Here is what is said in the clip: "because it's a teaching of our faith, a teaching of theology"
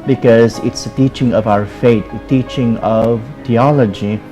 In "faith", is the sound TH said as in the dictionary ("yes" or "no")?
no